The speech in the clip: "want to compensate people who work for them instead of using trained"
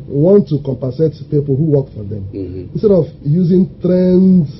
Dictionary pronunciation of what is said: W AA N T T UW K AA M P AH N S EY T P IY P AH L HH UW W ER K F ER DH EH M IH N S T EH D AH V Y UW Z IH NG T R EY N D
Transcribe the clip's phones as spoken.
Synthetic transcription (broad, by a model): W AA N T T UW K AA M P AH S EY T P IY P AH L HH UW W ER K F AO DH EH M IH N S T EH D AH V Y UW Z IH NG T R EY N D